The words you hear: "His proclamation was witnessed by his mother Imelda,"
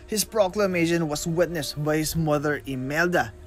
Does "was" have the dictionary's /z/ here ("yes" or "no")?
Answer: no